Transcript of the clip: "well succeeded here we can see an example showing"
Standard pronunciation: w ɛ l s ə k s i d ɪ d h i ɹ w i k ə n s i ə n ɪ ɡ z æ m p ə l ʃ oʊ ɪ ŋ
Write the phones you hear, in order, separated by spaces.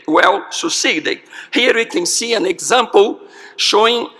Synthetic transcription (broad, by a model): w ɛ l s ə s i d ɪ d h i ɹ w i k ə n s i ə n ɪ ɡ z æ m p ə l ʃ oʊ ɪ ŋ